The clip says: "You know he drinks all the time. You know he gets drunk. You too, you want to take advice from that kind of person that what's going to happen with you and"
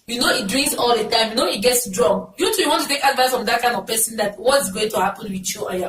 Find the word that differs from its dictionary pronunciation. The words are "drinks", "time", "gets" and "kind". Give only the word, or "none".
drinks